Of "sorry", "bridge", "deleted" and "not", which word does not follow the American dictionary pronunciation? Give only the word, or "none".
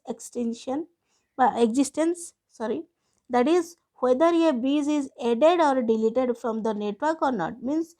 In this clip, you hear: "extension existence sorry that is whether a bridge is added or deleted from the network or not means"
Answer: bridge